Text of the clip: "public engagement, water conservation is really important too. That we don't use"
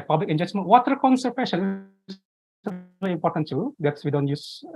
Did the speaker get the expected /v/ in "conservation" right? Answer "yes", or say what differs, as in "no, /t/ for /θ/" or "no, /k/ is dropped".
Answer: no, /p/ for /v/